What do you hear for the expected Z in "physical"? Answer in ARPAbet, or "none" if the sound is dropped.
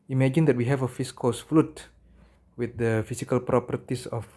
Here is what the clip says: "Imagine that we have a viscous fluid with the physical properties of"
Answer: S